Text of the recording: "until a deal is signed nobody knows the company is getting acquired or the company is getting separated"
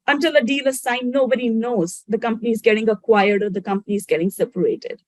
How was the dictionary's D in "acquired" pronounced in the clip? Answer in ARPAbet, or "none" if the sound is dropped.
D